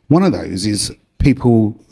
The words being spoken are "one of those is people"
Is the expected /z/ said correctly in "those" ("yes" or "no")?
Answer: yes